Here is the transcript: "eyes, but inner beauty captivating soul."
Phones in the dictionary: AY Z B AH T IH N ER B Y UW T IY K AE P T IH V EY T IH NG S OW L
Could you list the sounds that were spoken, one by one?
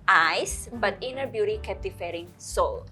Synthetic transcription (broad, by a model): AY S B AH T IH N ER B Y UW T IY K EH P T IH F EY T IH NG S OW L